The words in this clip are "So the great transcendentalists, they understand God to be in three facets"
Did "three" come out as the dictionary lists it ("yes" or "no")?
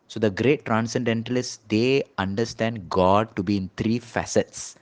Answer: no